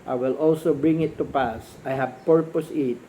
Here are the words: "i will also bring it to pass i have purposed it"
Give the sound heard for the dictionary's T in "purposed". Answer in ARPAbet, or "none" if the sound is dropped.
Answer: none